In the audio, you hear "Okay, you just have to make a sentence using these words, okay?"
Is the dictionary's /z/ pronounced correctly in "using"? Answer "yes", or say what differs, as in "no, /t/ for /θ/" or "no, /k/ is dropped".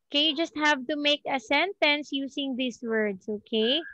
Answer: no, /s/ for /z/